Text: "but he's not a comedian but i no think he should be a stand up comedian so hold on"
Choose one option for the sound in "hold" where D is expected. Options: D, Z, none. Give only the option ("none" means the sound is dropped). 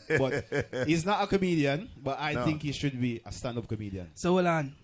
none